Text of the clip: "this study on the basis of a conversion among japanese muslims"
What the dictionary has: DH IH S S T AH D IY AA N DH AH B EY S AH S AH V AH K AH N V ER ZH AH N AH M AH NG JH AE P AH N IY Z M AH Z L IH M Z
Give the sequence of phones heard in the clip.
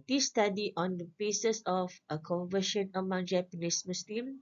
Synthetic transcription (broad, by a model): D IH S S T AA D IY AA N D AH B EY S AH S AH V AH K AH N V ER SH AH N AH M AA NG JH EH P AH N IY S M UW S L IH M